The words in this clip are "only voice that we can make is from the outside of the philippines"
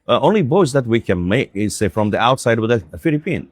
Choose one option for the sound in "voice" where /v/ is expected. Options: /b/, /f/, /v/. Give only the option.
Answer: /b/